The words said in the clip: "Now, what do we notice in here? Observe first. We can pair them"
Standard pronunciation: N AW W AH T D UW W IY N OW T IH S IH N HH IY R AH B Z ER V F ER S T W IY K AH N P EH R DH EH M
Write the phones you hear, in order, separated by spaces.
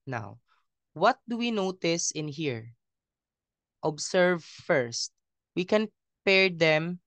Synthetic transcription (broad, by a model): N AW W AH T D UW W IY N OW T IH S IH N HH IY R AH B S ER V F ER S T W IY K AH N P EH R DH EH M